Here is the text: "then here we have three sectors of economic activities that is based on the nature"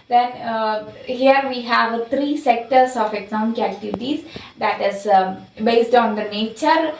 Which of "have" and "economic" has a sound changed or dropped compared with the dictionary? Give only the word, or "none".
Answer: economic